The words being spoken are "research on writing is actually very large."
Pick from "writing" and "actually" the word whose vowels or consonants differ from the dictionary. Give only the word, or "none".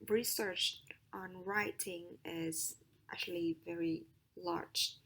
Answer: none